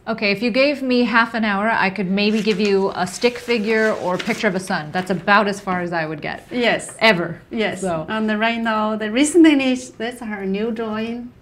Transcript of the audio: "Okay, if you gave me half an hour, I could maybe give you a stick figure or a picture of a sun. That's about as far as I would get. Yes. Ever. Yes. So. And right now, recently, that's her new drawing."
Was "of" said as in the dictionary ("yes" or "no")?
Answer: yes